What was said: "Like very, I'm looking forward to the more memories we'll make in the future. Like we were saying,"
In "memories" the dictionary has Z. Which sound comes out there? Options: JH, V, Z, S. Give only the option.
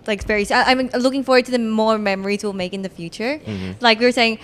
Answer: Z